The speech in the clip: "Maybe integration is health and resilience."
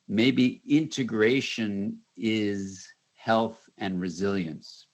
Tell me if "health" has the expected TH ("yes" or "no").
yes